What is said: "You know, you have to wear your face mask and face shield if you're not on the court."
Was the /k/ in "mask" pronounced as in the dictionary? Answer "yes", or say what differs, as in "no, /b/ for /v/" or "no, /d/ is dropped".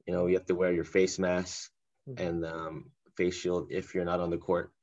no, /k/ is dropped